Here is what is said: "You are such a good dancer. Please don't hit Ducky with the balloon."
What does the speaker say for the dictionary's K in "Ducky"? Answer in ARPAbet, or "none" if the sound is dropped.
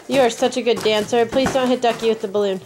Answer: K